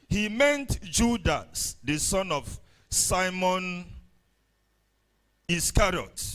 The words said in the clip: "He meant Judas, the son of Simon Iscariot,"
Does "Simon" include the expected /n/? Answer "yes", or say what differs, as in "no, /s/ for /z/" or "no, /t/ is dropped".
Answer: yes